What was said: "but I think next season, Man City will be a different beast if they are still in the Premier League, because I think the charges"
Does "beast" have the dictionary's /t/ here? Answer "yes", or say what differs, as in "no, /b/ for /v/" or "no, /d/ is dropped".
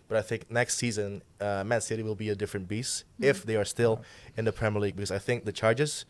no, /t/ is dropped